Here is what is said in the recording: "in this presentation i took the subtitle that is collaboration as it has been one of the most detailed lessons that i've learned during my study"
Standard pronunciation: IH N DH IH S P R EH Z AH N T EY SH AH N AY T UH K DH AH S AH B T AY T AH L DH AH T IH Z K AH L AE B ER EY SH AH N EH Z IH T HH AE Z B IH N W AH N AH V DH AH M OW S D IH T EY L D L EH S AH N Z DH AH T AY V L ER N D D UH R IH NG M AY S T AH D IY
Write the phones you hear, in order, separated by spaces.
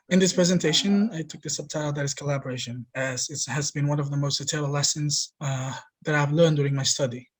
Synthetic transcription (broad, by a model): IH N DH IH S P R EH Z AH N T EY SH AH N AY T UH K DH AH S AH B T AY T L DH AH T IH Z K AH L AE B ER EY SH AH N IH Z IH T HH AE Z B IH N W AH N AH V DH AH M OW S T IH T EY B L L EH S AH N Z DH AH T AY V L ER N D D UH R IH NG M AY S T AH D IY